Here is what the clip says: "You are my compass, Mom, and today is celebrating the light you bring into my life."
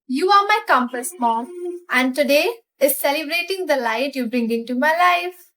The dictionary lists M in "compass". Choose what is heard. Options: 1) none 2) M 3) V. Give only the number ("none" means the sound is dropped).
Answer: 2